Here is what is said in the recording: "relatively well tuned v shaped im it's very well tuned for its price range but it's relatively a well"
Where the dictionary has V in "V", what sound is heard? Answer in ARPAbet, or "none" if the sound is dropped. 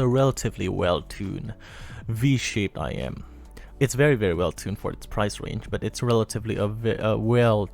V